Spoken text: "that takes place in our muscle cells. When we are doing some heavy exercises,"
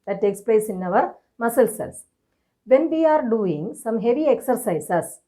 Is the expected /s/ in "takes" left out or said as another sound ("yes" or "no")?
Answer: no